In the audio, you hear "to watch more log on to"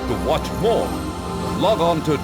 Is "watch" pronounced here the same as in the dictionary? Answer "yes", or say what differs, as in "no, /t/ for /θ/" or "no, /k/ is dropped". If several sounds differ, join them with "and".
yes